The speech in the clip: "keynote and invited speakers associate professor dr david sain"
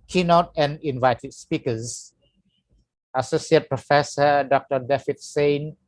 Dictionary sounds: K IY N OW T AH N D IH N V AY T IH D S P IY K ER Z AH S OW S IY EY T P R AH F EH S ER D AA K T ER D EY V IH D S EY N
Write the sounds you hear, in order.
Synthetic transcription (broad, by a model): K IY N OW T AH N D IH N V AY T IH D S P IY K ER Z AH S OW S IY EY T P R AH F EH S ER D AA K T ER D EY F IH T S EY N